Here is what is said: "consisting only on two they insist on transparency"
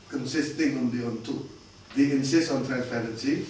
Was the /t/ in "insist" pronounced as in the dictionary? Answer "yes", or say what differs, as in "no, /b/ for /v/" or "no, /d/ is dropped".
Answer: no, /t/ is dropped